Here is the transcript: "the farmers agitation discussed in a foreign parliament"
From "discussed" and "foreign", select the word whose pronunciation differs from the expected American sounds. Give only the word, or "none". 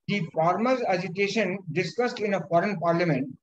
none